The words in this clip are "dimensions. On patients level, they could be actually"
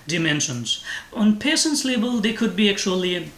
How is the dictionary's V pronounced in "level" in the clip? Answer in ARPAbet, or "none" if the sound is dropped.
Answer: B